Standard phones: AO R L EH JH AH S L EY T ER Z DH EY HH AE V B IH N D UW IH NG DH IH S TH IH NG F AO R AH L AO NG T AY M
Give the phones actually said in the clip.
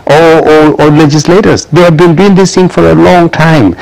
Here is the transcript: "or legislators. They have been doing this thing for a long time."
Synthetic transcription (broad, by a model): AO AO L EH JH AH S L EY T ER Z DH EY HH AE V B IH N D UW IH NG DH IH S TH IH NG F AO R AH L AO NG T AY M